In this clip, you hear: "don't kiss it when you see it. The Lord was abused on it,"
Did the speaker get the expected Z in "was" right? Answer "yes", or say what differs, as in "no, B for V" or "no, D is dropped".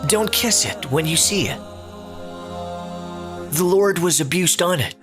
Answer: yes